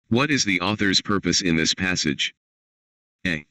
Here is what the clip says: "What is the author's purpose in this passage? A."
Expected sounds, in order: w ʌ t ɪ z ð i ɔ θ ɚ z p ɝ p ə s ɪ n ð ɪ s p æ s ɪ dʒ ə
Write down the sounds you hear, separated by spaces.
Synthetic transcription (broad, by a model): w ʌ t ɪ z ð i ɔ θ ɚ z p ɝ p ə s ɪ n ð ɪ s p æ s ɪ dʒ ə